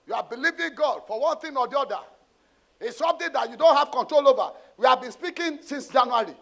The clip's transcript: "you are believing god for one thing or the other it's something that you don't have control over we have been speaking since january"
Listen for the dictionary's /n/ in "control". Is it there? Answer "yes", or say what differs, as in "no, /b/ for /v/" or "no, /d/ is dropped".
yes